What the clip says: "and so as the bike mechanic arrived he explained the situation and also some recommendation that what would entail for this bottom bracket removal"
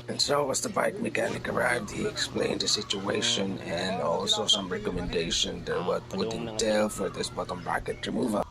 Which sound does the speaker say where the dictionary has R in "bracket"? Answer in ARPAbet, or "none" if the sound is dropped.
none